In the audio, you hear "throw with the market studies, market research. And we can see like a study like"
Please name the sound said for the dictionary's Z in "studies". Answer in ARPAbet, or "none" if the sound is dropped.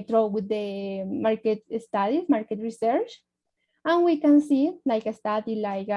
none